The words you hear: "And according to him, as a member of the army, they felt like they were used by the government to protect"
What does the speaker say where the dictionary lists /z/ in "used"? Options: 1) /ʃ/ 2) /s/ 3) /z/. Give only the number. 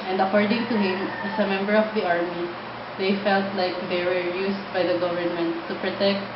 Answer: 2